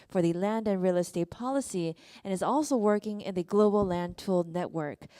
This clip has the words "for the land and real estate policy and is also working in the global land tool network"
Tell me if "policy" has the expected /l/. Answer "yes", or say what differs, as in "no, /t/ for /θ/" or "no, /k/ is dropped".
yes